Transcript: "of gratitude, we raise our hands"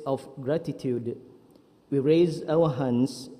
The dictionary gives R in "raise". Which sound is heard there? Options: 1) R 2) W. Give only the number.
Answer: 1